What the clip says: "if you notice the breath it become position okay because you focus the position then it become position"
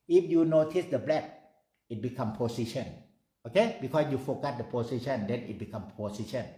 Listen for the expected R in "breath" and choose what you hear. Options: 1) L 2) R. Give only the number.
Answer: 1